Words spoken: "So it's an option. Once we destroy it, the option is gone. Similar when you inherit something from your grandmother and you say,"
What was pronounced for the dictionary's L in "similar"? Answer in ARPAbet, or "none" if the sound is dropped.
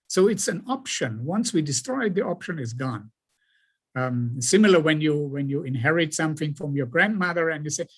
W